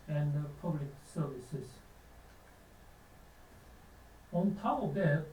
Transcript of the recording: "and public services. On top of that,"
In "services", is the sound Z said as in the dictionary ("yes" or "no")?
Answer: no